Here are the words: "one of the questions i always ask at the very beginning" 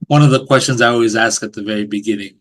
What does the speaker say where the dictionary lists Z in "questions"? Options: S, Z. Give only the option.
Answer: Z